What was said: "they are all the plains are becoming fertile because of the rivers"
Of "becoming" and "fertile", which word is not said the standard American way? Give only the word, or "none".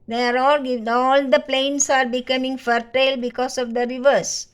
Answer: none